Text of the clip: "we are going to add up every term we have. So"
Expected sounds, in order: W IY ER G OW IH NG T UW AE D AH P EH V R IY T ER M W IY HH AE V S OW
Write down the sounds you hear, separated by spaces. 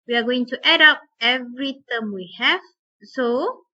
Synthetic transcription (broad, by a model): W IY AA G OW IH NG T UW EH D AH P EH V R IY T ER M W IY HH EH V S OW